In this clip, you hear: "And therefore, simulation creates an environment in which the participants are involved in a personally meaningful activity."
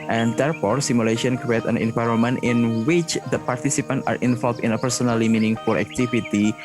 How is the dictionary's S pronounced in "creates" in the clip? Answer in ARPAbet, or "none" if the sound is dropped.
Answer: none